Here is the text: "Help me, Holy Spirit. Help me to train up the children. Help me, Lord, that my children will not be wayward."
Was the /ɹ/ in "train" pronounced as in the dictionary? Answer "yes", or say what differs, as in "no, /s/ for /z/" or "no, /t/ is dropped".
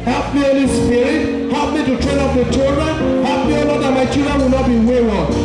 yes